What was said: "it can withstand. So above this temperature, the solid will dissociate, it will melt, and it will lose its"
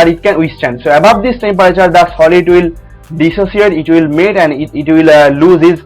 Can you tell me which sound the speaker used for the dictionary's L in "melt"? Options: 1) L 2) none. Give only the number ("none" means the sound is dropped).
2